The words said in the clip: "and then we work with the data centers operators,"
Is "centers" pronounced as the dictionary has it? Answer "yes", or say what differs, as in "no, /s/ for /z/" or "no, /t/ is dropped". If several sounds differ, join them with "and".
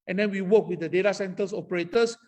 no, /s/ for /z/